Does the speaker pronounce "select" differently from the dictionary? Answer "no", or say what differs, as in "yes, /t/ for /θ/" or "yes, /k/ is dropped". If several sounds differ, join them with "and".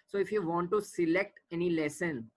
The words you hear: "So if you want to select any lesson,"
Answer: no